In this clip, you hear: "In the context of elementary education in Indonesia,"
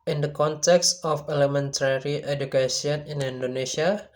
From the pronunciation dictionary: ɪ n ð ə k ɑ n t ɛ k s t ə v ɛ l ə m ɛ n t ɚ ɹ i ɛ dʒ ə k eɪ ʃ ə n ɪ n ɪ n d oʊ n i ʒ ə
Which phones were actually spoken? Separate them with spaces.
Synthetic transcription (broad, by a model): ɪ n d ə k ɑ n t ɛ k s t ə f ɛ l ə m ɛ n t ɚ ɹ i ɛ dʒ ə k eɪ s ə n ɪ n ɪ n d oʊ n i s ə